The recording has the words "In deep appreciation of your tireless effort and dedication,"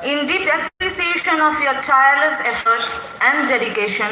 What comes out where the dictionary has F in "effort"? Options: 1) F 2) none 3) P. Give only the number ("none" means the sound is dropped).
1